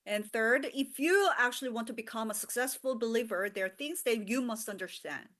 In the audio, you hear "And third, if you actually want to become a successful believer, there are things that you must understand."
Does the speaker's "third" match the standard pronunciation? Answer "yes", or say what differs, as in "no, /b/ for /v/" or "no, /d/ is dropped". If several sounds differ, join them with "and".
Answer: yes